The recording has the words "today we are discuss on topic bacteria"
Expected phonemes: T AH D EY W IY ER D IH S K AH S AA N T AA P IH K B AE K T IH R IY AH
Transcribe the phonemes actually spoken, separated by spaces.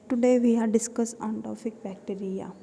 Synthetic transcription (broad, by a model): T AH D EY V IY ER D IH S K AH S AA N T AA F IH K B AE K T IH R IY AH